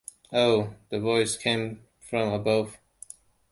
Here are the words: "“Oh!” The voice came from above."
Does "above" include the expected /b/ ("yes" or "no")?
yes